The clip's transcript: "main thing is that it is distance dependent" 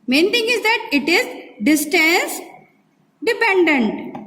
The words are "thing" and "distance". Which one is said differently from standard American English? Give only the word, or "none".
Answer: thing